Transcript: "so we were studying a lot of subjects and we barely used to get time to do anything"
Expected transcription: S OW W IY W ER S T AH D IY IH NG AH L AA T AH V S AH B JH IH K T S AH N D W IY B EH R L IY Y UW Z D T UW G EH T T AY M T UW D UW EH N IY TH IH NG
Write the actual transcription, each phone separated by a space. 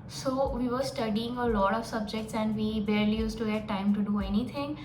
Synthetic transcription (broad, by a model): S OW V IY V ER S T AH D IY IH NG AH L AA T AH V S AH B JH IH K T S AH N D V IY B EH R L IY Y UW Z T UW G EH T T AY M T UW D UW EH N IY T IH NG